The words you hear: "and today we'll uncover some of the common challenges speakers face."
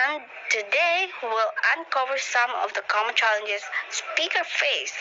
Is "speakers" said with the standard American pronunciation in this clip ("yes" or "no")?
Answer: no